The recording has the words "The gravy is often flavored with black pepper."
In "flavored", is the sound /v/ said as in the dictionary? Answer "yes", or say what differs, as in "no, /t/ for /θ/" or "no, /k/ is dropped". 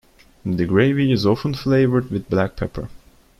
yes